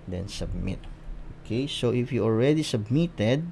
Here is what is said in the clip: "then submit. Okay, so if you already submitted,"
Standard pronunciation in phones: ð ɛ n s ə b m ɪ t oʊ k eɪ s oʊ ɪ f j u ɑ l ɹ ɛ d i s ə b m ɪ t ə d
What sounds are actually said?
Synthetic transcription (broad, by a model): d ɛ n s ə b m ɪ t oʊ k eɪ s oʊ ɪ f j u ɑ l ɹ ɛ d i s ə b m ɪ t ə d